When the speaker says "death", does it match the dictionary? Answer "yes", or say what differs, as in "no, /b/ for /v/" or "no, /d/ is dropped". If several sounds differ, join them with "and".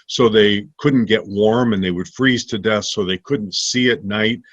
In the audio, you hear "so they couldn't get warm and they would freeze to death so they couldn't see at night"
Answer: yes